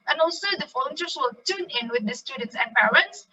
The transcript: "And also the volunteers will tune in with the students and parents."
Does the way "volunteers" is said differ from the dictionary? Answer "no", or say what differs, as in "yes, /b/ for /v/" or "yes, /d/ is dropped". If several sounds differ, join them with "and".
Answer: yes, /f/ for /v/